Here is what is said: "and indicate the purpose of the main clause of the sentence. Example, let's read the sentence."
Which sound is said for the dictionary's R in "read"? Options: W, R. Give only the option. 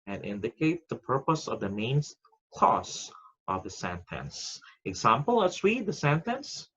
W